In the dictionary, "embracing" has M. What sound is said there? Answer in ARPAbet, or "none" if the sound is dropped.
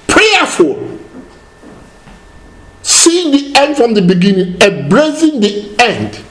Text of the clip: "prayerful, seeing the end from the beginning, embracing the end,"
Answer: none